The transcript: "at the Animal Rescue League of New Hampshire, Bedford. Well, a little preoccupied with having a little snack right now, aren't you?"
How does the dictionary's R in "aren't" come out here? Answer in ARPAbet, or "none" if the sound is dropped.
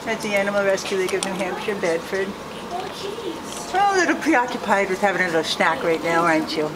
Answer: none